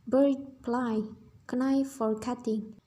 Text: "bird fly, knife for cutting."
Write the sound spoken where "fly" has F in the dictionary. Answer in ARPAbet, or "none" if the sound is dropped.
P